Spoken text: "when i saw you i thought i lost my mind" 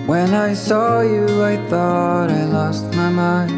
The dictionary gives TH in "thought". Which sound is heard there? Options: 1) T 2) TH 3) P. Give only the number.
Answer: 2